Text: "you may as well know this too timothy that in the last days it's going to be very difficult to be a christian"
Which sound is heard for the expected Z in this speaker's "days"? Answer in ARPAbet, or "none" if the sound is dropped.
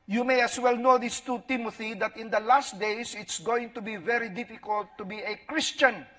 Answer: S